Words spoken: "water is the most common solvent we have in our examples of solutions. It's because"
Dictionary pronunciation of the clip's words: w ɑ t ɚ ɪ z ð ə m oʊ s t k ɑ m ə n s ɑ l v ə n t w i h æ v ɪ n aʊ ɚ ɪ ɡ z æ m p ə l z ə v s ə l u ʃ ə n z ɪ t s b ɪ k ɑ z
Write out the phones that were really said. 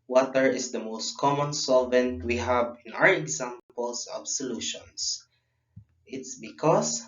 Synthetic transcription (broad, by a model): w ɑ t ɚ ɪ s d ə m oʊ s t k ɑ m ə n s ɑ l v ə n t w i h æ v ɪ n aʊ ɚ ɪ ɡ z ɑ m p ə l s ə b s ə l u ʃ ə n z ɪ t s b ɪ k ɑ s